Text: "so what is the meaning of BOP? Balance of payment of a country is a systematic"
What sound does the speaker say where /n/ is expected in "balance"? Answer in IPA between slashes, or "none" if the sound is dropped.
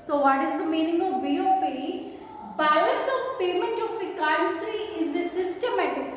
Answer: none